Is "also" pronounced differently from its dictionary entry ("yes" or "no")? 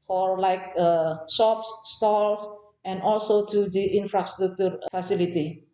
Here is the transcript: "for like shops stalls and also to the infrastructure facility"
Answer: no